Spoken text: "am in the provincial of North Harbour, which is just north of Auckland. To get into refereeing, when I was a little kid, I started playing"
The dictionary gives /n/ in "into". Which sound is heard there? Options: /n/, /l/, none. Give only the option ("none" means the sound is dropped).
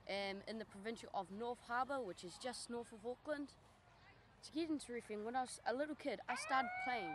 /n/